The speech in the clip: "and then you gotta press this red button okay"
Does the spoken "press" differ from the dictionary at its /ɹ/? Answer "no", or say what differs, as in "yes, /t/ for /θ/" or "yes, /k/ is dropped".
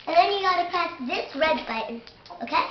yes, /ɹ/ is dropped